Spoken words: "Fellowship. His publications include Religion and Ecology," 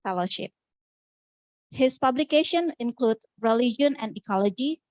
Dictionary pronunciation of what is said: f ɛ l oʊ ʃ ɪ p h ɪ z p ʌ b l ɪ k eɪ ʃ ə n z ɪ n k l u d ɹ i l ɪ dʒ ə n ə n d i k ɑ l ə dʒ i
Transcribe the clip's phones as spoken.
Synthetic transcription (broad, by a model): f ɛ l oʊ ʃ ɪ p h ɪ s p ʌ b l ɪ k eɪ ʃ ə n ɪ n k l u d ɹ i l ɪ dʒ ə n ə n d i k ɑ l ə dʒ i